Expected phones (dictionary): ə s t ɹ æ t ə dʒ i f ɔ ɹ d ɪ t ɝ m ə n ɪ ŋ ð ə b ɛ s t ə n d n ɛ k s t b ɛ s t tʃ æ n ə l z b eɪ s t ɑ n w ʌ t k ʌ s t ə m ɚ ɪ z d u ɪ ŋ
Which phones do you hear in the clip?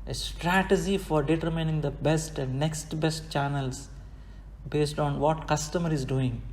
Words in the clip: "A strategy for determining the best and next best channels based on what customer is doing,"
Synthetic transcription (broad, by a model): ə s t ɹ æ t ə dʒ i f ɔ ɹ d ɪ t ɝ m ə n ɪ ŋ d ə b ɛ s t ə n d n ɛ k s t b ɛ s t tʃ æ n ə l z b eɪ s t ɑ n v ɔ t k ʌ s t ə m ɚ ɪ z d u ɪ ŋ